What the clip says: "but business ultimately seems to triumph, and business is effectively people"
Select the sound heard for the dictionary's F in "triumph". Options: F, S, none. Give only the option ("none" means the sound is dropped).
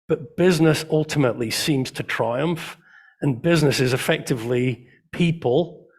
F